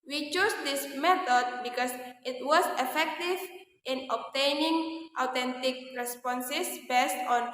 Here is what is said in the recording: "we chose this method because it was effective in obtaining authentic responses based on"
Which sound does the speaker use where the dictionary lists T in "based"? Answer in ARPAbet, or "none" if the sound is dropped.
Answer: T